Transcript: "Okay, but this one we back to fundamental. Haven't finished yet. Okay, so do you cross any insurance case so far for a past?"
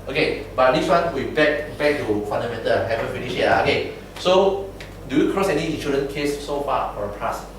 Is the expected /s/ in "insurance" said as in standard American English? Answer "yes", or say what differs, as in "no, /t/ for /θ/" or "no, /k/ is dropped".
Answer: no, /s/ is dropped